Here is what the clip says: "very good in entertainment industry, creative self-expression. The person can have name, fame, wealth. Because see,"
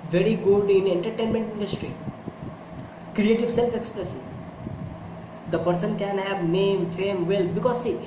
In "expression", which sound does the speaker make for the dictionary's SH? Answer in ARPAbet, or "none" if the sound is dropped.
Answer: S